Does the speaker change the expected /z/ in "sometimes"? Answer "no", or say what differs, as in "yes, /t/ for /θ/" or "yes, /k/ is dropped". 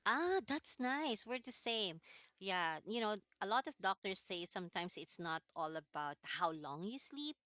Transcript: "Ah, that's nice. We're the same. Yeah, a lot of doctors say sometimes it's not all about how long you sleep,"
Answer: yes, /s/ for /z/